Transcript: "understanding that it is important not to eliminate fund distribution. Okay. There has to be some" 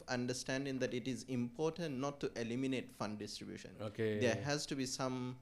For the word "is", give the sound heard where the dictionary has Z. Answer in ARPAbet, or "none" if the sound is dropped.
Z